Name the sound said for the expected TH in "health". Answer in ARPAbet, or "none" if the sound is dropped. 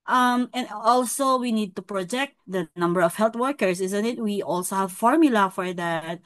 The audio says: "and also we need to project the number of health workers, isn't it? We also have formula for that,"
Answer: T